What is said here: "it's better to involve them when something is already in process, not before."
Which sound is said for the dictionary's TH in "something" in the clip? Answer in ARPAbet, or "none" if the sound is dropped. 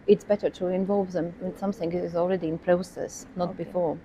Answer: TH